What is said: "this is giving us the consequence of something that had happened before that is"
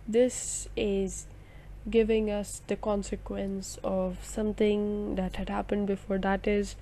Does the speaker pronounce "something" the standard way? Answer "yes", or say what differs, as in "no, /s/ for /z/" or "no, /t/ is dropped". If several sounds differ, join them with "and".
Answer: no, /t/ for /θ/